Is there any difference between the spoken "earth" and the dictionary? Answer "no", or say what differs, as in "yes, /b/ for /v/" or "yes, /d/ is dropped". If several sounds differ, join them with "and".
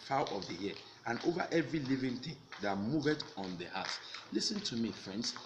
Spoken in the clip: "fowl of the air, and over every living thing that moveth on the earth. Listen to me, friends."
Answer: yes, /t/ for /θ/